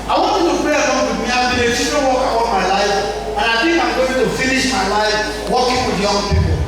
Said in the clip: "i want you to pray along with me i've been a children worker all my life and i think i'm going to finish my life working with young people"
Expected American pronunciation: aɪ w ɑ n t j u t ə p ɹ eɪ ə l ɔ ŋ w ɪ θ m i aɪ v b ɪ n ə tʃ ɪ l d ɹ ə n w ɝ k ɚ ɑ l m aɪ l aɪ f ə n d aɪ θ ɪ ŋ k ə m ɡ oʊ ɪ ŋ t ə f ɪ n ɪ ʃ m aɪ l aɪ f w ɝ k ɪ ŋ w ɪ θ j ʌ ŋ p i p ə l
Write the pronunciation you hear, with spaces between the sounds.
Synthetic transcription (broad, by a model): aɪ w ɑ n t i t ə p ɹ eɪ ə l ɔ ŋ w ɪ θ m i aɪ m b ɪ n ə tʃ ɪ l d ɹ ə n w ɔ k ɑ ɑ n m aɪ l aɪ f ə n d aɪ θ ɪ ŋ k ə m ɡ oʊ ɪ t ə f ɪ n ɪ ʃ m aɪ l aɪ f w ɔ k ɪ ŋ w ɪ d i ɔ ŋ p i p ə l